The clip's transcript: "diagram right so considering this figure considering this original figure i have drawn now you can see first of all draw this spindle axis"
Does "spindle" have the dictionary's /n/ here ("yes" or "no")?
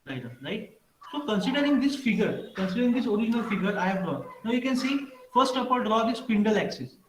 yes